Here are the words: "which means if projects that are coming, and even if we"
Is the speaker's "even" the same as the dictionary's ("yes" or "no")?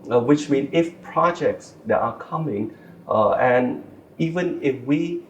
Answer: yes